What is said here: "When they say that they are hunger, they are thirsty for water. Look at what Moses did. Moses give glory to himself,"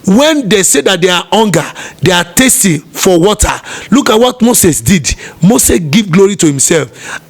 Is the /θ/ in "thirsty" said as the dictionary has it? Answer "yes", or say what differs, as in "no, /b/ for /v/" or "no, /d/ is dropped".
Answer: no, /t/ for /θ/